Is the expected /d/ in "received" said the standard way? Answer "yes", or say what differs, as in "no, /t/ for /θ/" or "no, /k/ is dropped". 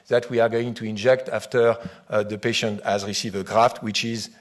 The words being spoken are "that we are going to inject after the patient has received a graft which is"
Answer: no, /d/ is dropped